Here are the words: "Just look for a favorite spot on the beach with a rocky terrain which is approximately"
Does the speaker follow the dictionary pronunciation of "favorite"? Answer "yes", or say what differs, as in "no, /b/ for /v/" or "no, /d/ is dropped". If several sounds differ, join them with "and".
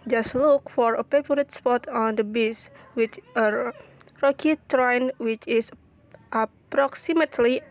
no, /p/ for /f/